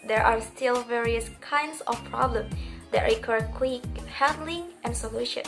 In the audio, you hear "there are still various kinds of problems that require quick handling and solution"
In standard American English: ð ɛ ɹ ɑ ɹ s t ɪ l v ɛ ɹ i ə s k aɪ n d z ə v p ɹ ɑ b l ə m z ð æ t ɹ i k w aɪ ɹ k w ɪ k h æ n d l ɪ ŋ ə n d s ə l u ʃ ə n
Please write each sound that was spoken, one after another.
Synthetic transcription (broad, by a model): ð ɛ ɹ ɑ ɹ s t ɪ l v ɛ ɹ i ə s k aɪ n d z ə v p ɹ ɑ b l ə m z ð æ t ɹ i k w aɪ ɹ k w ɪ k h æ n d l ɪ ŋ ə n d s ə l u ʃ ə n